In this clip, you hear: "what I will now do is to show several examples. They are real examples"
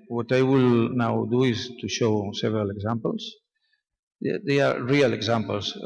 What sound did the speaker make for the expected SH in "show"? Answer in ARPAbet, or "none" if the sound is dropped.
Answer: SH